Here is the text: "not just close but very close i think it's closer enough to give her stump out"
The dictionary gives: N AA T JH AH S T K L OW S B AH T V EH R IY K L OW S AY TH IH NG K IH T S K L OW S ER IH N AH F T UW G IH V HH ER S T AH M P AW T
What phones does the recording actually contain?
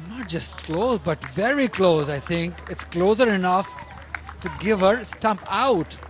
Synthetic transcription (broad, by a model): N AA T JH AH S T K L OW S B AH T V EH R IY K L OW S AY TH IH NG K IH T S K L OW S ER IH N AH F T UW G IH V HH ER S T AH M P AW T